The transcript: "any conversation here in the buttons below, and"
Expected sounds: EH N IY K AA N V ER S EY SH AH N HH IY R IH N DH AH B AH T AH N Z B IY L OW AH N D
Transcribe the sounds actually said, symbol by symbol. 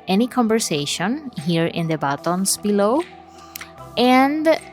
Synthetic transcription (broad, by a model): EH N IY K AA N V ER S EY SH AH N HH IY R IH N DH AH B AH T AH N S B IY L OW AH N D